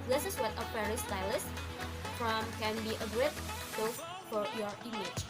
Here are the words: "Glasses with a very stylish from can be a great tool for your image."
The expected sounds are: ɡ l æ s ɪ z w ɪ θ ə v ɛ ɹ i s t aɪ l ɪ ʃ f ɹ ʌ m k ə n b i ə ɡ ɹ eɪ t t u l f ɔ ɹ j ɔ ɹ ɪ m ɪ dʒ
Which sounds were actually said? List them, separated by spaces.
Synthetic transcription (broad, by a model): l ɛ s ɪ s w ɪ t ə f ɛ ɹ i s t aɪ l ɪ s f ɹ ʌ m k ə n b i ə ɡ ɹ eɪ t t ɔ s f ɔ ɹ j ɔ ɹ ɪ m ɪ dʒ